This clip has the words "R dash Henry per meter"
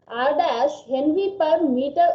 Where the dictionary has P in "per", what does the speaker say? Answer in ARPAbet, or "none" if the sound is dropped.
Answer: P